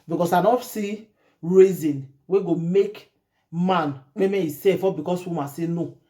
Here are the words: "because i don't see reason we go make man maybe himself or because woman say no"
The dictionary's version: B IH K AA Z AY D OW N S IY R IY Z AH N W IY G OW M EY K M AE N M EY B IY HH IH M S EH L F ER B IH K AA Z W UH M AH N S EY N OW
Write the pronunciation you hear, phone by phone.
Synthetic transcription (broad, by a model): B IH K AA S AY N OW S IY R IY Z AH N W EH G OW M EY K M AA N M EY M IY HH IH S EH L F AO B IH K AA S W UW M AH S EY N OW